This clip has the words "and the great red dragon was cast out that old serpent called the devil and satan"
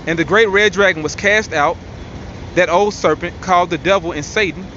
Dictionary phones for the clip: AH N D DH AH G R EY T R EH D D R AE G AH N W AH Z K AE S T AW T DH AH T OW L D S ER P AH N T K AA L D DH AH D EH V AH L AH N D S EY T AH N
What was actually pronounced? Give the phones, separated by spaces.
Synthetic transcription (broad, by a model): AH N DH AH G R EY T R EH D D R AE G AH N W AH Z K AE S T AW T DH AH T OW L D S ER P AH N K AA L D DH AH D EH V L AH N S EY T N